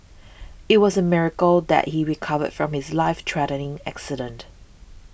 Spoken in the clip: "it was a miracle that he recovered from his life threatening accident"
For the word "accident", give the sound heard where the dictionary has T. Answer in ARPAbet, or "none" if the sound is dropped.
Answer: T